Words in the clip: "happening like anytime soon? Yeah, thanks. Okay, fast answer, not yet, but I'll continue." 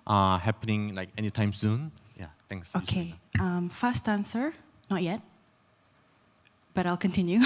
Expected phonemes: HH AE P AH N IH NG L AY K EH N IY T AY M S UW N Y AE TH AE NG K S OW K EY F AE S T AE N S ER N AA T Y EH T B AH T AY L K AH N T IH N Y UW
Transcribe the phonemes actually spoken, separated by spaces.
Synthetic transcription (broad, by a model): HH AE P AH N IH NG L AY K EH N IY T AY M S UW N Y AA T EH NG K S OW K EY F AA S T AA N S ER N AA T Y EH T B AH T AY L K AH N T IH N Y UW